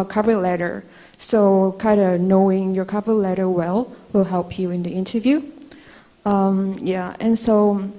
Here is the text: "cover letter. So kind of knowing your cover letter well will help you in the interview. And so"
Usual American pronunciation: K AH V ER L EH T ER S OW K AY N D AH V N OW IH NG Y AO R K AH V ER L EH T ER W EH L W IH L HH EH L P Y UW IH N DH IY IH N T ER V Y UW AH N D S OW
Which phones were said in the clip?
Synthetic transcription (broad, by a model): K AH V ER L EH T ER S OW K AY N D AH N OW IH NG Y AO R K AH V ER L EH T ER W EH L W IH L HH EH L P Y UW IH N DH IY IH N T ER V Y UW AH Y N S OW